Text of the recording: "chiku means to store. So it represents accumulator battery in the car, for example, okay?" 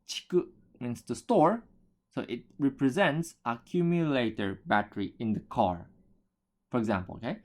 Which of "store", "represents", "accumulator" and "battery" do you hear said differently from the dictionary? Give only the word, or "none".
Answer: none